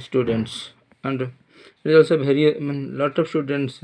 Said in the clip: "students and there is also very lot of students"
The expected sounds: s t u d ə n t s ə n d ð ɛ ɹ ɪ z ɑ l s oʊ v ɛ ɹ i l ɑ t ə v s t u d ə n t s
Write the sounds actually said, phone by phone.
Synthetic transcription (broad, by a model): s t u d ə n t s ə n d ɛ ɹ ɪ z ɑ l s oʊ b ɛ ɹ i l ɑ t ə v s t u d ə n t s